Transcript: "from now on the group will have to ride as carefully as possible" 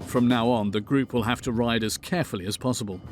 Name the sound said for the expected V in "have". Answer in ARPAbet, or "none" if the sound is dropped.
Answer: F